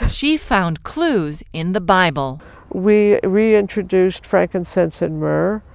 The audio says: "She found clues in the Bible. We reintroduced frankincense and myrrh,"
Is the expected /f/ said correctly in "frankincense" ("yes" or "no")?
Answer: yes